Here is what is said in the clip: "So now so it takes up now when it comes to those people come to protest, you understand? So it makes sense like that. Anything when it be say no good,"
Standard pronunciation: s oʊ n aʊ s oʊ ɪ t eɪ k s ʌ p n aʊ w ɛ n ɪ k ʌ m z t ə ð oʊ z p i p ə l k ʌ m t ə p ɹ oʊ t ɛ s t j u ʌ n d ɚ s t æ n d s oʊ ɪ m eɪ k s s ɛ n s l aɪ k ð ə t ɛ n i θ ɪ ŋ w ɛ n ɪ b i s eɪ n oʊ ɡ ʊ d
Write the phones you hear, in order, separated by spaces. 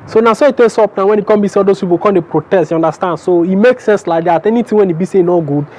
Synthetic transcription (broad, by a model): s oʊ n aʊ s oʊ ɪ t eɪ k s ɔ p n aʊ w ɛ n ɪ k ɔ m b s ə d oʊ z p i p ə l k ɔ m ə p ɹ oʊ t ɛ s t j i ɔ n d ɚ s t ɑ n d s oʊ ɪ m eɪ k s s ɛ n s l aɪ k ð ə t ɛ n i t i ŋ w ɛ n ɪ b i s eɪ n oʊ ɡ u d